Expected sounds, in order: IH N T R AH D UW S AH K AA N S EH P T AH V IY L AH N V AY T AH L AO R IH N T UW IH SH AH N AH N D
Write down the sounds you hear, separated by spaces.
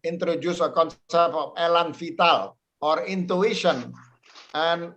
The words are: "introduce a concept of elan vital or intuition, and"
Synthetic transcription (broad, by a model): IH N T R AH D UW S AH K AA N S EH P T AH F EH L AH N F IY T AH L AO R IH N T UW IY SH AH N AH N